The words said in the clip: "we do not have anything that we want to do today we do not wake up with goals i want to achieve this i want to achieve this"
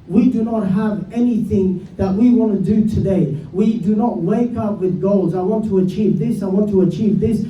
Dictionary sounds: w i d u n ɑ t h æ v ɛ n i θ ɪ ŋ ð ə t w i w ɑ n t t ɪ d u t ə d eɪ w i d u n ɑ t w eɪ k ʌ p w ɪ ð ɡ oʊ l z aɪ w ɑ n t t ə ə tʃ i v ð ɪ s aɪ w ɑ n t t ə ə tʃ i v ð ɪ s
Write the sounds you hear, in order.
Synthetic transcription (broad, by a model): w i d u n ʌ t h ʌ v ɛ n i θ ɪ ŋ ð ə t w i w ɑ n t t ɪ d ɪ t ə d eɪ w i d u n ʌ t w eɪ k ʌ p w ɪ ð ɡ oʊ l z aɪ w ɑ n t t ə ə tʃ i v ð ɪ s aɪ w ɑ n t t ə ə tʃ i v ð ɪ s